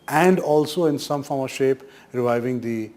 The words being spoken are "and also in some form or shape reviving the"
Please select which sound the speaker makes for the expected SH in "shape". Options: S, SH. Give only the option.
SH